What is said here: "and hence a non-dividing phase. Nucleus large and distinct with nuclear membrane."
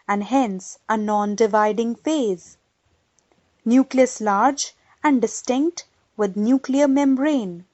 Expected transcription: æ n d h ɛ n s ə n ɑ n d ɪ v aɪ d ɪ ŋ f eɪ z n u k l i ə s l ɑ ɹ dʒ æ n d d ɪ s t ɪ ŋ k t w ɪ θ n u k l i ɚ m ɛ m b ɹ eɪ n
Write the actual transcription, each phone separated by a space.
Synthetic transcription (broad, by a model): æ n d h ɛ n s ə n ɑ n d ɪ v aɪ d ɪ ŋ f eɪ z n u k l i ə s l ɑ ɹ dʒ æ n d d ɪ s t ɪ ŋ k t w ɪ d n u k l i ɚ m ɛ m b ɹ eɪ n